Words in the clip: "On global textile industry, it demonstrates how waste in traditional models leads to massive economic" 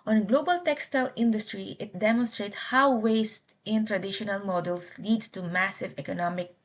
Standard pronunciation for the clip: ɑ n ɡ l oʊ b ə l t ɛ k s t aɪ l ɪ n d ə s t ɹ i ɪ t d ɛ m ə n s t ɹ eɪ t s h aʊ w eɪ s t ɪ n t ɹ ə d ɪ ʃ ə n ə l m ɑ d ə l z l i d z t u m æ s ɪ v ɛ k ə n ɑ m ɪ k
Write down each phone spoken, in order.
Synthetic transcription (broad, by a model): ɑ n ɡ l oʊ b ə l t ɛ k s t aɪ l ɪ n d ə s t ɹ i ɪ t d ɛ m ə n s t ɹ eɪ t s h aʊ w eɪ s t ɪ n t ɹ ə d ɪ ʃ ə n ə l m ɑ d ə l s l i d s t u m æ s ɪ v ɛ k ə n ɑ m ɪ k